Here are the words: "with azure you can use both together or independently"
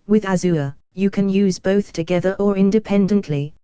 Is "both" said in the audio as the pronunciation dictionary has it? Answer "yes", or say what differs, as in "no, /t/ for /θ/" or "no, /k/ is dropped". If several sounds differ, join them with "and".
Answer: yes